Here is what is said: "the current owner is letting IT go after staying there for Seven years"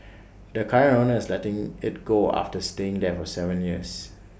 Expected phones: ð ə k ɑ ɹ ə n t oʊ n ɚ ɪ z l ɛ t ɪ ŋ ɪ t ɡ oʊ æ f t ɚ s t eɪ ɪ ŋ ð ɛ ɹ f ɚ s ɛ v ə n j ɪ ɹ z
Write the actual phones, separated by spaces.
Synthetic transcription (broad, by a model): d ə k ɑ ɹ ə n oʊ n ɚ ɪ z l ɛ t ɪ ŋ ɪ t ɡ oʊ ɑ f t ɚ s t eɪ ɪ ŋ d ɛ f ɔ s ɛ v ə n j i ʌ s